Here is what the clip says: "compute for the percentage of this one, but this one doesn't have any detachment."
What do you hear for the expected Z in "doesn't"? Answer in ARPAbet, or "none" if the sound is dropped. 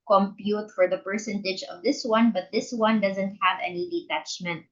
Z